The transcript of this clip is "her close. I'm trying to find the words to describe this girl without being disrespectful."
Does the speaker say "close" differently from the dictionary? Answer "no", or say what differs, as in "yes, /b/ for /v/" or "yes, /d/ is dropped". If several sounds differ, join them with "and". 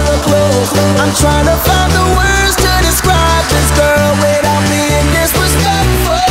yes, /s/ is dropped